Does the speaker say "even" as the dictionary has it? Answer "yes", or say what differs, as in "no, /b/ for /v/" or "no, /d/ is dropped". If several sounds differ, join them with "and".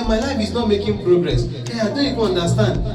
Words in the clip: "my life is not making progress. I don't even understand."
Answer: no, /n/ is dropped